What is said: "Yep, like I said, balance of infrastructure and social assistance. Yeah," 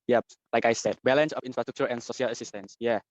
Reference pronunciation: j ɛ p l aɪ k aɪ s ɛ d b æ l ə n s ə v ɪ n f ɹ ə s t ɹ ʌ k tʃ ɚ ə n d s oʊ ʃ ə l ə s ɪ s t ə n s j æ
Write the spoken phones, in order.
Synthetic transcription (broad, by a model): j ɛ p l aɪ k aɪ s ɛ d b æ l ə n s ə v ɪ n f ɹ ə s t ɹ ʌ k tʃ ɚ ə n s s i ə l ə s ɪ s t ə n s j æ